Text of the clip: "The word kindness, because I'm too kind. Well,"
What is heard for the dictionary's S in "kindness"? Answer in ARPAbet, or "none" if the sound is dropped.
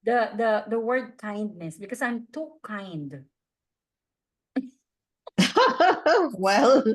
S